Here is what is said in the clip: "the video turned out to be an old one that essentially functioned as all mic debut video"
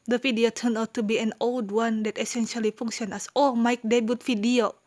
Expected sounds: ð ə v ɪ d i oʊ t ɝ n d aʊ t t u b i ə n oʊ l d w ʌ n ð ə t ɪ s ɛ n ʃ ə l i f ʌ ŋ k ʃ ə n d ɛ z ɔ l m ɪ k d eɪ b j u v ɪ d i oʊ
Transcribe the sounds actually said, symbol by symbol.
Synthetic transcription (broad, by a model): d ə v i d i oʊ t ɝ n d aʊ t t u b i ə n oʊ l d w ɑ n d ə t ɪ s ɛ n ʃ ə l i f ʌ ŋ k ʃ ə n ɛ s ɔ m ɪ k d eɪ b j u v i d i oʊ